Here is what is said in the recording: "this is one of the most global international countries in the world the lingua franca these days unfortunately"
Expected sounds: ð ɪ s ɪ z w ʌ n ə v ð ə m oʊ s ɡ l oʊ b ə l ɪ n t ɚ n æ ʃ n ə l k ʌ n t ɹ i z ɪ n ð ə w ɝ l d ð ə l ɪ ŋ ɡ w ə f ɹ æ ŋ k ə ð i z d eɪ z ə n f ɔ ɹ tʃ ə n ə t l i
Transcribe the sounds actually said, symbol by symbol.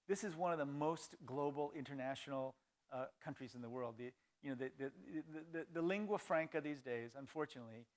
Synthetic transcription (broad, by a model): ð ɪ s ɪ z w ʌ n ə v ð ə m oʊ s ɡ l oʊ b l ɪ n t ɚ n æ ʃ n l k ʌ n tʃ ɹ i z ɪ n ð ə w ɝ l d ð ə l ɪ ŋ ɡ w ə f ɹ æ ŋ k ə ð i z d eɪ z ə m f ɔ ɹ tʃ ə n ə t l i